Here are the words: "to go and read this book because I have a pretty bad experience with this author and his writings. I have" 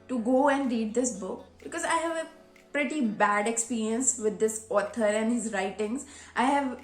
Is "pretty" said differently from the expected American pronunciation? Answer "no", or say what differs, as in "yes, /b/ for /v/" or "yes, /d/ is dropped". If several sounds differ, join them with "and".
no